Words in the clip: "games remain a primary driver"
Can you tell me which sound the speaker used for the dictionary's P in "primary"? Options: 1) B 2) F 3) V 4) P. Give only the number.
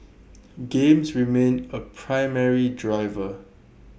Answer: 4